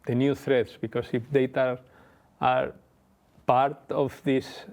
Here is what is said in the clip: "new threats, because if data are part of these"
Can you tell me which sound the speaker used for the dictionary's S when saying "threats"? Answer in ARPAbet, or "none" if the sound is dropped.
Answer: S